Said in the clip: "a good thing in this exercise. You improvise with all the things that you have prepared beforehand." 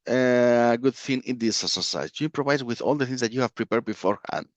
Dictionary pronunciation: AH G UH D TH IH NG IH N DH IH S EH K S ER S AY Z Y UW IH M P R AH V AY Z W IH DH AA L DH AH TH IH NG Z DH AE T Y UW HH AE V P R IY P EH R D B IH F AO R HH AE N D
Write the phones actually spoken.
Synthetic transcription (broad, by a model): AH G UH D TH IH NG IH N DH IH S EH S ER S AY Y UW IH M P R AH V AY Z W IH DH AA L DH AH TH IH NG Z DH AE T Y UW HH AE V P R IY P EH R D B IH F AO R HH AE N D